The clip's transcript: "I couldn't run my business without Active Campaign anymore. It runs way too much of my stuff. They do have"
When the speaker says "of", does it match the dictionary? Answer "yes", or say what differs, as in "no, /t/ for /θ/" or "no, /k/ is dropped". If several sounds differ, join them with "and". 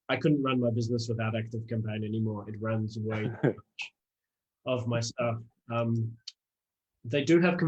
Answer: yes